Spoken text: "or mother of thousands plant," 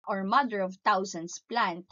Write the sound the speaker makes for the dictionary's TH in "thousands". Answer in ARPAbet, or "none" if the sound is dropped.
T